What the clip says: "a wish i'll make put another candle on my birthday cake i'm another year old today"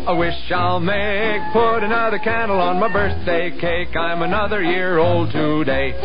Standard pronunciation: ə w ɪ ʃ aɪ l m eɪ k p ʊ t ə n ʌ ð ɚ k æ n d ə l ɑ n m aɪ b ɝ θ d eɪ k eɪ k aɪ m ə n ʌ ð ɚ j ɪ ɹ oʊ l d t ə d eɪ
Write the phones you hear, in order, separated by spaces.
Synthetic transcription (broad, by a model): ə w ɪ ʃ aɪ l m eɪ k p ʊ t ə n ʌ ð ɚ k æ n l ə n m aɪ b ɝ θ d eɪ k eɪ k aɪ m ə n ʌ ð ɚ j ɪ ɹ oʊ l d t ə d eɪ